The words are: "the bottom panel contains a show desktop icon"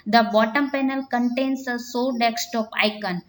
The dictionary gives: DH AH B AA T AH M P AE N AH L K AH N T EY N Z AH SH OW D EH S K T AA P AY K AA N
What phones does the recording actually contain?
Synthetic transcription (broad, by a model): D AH B AA T AH M P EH N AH L K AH N T EY N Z AH S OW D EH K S T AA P AY K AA N